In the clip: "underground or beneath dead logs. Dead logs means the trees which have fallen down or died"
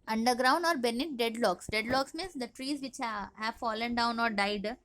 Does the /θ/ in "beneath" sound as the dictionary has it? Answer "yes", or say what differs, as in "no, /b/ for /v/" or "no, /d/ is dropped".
no, /t/ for /θ/